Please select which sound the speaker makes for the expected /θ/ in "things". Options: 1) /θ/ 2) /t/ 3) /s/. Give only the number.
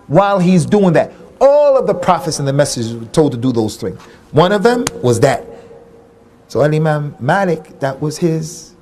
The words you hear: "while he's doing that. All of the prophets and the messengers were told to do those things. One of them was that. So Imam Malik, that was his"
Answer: 1